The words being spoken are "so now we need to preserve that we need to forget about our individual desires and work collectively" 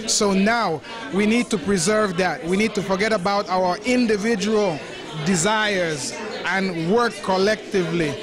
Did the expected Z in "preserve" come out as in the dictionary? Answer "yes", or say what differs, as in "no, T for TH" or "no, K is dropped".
yes